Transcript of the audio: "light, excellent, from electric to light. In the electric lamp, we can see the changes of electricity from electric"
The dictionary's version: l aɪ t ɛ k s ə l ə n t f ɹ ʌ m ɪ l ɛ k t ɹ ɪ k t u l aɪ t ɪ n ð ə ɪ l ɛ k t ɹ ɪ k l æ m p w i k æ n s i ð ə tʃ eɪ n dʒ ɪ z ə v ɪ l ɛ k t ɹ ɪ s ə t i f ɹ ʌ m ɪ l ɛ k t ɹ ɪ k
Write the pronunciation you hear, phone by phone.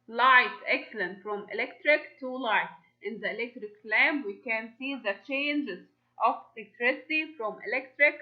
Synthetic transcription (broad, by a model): l aɪ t ɛ k s ə l ə n t f ɹ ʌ m ɪ l ɛ k t ɹ ɪ k t u l aɪ t ɪ n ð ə ɪ l ɛ k t ɹ ɪ k l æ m b w i k æ n s i ð ə tʃ eɪ n dʒ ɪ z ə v ɪ l ɛ k t ɹ ɪ s ə t i f ɹ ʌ m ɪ l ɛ k t ɹ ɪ k